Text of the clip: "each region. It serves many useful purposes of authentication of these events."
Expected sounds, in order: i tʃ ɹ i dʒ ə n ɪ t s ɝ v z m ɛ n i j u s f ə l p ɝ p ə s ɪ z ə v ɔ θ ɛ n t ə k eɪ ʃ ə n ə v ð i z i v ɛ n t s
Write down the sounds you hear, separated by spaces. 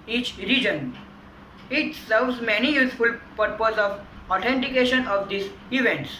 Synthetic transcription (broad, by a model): i tʃ ɹ i dʒ ə n ɪ t s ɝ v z m ɛ n i j u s f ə l p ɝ p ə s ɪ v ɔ t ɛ n t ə k eɪ ʃ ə n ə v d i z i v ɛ n t s